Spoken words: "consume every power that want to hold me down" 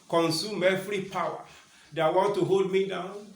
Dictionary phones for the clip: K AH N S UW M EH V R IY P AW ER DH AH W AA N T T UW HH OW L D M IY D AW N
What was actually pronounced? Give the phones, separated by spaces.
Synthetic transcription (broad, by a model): K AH N S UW M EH F R IY P AW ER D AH W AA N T T UW HH OW L D M IY D AW N